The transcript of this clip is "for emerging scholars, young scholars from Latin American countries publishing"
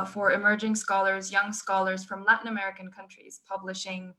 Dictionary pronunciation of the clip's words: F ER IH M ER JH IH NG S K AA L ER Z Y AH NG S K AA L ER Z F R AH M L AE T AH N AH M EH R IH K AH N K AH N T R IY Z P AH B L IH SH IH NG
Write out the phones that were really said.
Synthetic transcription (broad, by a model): F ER IH M ER JH IH NG S K AA L ER Z Y AH NG S K AA L ER Z F R AH M L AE T N AH M EH R IH K AH N K AH N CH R IY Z P AH B L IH SH IH NG